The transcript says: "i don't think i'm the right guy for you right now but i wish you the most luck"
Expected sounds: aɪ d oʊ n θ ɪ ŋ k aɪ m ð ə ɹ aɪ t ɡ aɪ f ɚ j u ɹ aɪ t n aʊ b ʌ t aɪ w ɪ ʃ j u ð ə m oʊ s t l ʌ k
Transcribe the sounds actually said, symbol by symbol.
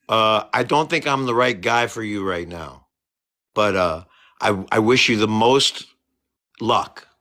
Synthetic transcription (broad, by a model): aɪ d oʊ n θ ɪ ŋ k aɪ m ð ə ɹ aɪ t ɡ aɪ f ɚ j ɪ ɹ aɪ t n aʊ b ʌ t aɪ w ɪ ʃ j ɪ ð ə m oʊ s t l ʌ k